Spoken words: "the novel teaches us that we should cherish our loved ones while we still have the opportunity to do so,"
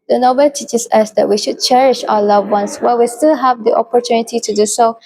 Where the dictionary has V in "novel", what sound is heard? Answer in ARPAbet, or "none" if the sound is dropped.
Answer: B